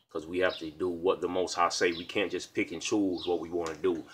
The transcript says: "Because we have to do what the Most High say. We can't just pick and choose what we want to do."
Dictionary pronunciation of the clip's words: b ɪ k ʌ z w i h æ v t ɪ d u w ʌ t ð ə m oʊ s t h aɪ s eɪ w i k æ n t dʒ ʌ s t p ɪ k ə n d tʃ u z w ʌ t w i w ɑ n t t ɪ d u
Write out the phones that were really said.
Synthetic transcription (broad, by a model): k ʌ z w i h æ f t ɪ d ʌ w ʌ t ð ə m oʊ s t h aɪ s eɪ w i k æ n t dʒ ʌ s p ɪ k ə n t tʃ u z w ʌ t w i w ɑ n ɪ d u